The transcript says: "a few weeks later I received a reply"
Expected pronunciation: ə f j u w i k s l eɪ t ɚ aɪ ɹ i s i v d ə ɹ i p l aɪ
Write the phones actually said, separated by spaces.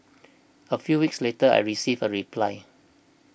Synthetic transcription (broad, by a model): ə f j u w i k s l eɪ t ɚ aɪ ɹ i s i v ə ɹ i p l aɪ